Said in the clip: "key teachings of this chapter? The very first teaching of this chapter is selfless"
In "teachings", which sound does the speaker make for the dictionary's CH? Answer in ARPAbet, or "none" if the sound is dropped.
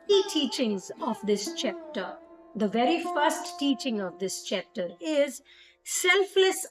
CH